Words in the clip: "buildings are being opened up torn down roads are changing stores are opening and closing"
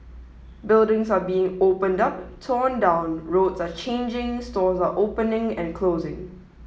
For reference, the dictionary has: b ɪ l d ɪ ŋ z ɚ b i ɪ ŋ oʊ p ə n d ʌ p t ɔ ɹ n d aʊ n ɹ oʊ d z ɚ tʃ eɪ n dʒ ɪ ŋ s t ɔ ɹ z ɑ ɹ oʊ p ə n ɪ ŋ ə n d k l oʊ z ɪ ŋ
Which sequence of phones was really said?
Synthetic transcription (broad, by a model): b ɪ l d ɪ ŋ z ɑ b i ɪ ŋ oʊ p ə n d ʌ p t ɔ n d aʊ n ɹ oʊ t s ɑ tʃ eɪ n dʒ ɪ ŋ s t ɔ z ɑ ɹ oʊ p ə n ɪ ŋ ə n k l oʊ z ɪ ŋ